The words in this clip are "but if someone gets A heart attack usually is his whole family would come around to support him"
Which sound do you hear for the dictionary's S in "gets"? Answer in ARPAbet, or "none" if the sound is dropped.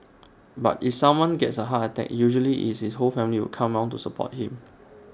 S